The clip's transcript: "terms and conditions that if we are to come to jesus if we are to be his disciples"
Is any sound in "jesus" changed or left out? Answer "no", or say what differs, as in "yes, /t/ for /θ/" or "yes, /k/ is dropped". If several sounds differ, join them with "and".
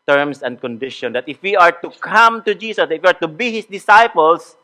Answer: yes, /s/ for /z/